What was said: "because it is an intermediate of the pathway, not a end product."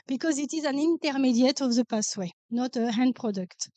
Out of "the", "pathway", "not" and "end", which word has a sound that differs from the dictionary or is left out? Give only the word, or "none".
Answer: pathway